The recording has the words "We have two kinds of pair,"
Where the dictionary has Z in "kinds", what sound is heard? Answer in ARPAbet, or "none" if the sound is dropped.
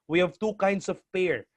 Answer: S